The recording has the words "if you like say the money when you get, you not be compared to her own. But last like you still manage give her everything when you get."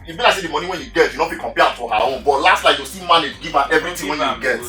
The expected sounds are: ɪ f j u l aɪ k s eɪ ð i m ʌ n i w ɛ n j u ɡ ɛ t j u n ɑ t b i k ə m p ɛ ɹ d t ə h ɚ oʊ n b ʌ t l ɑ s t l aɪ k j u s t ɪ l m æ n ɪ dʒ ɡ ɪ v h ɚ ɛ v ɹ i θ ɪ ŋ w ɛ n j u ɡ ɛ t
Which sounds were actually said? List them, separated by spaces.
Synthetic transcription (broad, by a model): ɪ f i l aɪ s eɪ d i m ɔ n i w ɛ n j u ɡ ɛ t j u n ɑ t b i k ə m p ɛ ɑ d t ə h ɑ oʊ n b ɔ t l ɑ s t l aɪ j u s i m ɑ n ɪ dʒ ɡ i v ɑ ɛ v ɹ i t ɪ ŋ w ɛ n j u ɡ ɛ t